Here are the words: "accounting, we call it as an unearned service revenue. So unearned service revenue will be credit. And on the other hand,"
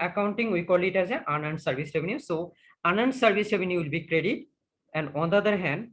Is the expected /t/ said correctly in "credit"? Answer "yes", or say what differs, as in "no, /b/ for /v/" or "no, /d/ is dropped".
yes